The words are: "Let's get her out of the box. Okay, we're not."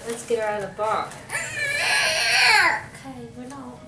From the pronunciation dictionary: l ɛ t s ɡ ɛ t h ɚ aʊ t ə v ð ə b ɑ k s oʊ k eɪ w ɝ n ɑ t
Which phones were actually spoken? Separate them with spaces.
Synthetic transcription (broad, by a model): l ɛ t s ɡ ɛ t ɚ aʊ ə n ð ə b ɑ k oʊ k eɪ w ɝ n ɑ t